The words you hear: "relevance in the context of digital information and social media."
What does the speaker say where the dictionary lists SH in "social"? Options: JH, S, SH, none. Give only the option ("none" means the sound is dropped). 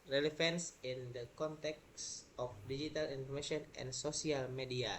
S